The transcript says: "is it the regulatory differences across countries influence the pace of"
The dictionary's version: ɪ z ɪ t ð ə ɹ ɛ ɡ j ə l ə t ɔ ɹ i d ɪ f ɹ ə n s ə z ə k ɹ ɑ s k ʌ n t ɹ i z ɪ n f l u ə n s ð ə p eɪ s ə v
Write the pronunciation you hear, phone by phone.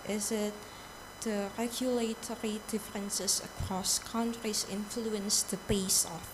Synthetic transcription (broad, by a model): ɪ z ɪ t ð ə ɹ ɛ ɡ j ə l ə t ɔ ɹ i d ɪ f ɹ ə n s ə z ə k ɹ ɑ s k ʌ n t ɹ i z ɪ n f l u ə n s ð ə b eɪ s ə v